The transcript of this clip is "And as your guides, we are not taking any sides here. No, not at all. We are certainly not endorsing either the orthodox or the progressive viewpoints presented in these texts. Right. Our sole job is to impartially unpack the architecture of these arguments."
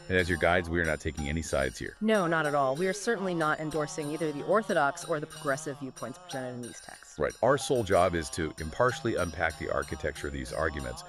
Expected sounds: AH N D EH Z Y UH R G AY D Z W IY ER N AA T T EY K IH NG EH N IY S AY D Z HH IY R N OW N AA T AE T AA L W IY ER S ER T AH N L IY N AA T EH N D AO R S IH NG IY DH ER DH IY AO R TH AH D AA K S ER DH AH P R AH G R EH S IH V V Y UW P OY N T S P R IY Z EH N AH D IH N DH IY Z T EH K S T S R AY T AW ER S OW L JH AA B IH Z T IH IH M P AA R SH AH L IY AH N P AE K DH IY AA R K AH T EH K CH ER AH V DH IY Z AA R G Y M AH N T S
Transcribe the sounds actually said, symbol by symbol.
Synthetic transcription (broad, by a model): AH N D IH Z Y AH R G AY D Z W IY ER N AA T T EY K IH NG EH N IY S AY D Z HH IY R N OW N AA T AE T AA L W IY ER S ER T N L IY N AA T EH N D AO R S IH NG IY DH ER DH IY AO R TH AH D AA K S ER DH AH P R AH G R EH S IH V V Y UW P OY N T S P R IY Z EH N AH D IH N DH IY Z T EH K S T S R AY T AW ER S OW L JH AA B IH Z T IH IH M P AA R SH L IY AH N P AE K DH IY AA R K AH T EH K CH ER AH DH IY Z AA R G Y M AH N T S